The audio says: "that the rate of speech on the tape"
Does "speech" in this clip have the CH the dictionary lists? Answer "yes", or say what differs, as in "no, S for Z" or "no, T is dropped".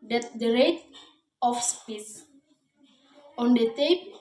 no, S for CH